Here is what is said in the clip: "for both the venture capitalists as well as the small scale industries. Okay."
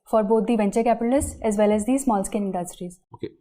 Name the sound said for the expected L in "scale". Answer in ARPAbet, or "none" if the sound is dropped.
N